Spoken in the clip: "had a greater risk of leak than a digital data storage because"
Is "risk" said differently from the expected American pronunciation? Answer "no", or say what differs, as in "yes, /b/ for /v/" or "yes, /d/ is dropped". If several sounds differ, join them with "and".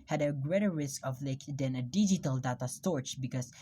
no